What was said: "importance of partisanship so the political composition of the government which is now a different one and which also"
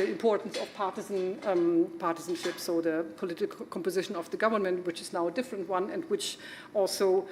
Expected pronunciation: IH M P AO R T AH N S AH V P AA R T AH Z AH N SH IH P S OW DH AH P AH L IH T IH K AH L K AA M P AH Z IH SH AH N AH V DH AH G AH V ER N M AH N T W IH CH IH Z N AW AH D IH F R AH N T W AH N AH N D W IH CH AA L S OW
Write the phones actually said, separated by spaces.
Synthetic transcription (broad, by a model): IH M P AO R T N S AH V P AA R T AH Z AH N SH IH P S OW DH AH P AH L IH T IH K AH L K AA M P AH Z IH SH AH N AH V DH AH G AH V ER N M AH N T W IH CH IH Z N AW AH D IH F R AH N T W AH N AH N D W IH CH AA L S OW